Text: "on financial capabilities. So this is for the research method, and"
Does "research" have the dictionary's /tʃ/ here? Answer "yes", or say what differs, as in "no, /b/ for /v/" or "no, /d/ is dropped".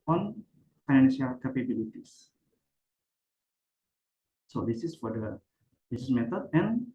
no, /s/ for /tʃ/